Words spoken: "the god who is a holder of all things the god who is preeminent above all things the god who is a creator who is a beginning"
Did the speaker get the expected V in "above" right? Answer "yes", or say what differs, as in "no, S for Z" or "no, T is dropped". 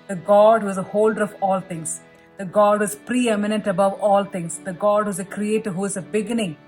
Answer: yes